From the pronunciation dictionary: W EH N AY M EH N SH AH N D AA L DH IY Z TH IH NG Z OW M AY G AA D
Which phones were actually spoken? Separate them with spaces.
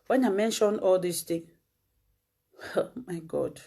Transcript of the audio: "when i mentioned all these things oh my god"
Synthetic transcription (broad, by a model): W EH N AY M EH N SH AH N AA L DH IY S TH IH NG OW M AY G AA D